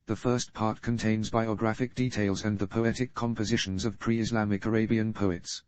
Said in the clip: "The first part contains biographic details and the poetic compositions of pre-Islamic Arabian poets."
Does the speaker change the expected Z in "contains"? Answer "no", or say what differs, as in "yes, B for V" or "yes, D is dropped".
no